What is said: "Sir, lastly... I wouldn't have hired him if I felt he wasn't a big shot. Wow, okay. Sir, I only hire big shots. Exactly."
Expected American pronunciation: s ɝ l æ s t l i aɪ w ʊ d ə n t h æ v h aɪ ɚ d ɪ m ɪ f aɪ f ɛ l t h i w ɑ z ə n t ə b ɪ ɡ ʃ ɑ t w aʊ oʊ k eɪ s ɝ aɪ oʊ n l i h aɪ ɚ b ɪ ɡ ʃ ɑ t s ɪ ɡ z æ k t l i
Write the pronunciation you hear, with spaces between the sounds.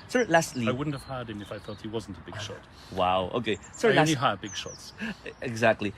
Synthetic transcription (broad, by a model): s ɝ l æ s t l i aɪ w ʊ d n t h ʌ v h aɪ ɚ d ɪ m ɪ f aɪ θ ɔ t h i w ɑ z n t ə b ɪ ɡ ʃ ɑ t w aʊ oʊ k eɪ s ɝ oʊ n i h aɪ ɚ b ɪ ɡ ʃ ɑ t s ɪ ɡ z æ k t l i